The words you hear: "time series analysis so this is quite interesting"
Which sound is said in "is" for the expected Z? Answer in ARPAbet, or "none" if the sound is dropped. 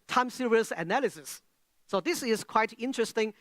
S